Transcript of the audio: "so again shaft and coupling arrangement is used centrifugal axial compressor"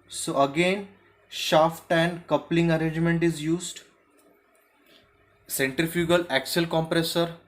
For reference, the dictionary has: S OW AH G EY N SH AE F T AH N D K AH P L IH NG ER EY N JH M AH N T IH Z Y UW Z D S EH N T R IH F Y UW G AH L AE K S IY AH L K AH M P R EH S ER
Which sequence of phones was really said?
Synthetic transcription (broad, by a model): S OW AH G EY N SH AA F T AH N D K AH P L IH NG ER EY N JH M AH N T IH Z Y UW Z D S EH N T R IH F Y UW G AH L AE K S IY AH L K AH M P R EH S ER